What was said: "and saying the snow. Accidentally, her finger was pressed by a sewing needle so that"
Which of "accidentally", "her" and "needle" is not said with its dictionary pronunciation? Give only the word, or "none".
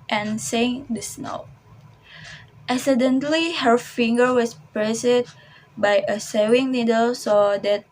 accidentally